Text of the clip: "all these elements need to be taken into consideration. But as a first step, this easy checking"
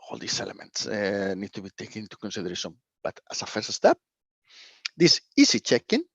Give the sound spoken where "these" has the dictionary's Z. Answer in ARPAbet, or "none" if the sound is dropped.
S